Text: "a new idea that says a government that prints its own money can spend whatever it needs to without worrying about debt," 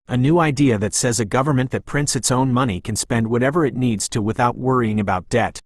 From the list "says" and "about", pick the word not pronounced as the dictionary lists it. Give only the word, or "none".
none